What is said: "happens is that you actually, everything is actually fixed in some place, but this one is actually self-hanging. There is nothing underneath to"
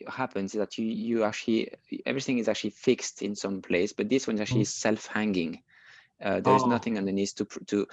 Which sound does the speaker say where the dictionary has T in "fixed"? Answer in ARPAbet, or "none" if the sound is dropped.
T